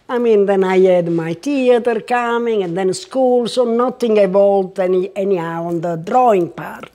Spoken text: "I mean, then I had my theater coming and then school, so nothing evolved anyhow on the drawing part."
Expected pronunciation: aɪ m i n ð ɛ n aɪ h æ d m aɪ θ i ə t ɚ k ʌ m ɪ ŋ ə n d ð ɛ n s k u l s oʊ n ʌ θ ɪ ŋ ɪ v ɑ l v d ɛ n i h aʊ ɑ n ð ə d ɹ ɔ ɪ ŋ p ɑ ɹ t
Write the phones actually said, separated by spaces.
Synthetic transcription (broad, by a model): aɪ m i n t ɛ n aɪ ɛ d m aɪ t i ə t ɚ k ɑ m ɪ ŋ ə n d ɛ n s k u l s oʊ n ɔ t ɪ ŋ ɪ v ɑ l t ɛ n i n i ɑ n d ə d ɹ ɔ ɪ ŋ p ɑ ɹ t